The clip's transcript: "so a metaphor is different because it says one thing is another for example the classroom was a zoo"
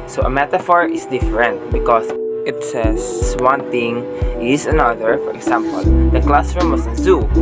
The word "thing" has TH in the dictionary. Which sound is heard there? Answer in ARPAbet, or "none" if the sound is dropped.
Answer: T